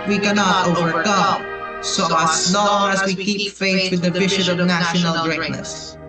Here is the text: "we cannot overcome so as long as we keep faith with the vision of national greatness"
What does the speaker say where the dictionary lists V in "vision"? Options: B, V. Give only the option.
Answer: B